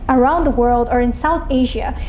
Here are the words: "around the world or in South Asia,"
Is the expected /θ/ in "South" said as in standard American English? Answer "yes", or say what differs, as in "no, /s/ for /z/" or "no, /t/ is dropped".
yes